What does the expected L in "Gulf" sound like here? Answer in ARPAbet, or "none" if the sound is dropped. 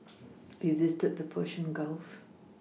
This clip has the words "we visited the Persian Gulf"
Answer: L